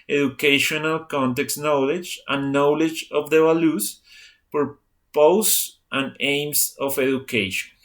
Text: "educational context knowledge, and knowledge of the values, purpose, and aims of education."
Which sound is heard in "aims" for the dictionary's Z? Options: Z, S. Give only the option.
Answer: S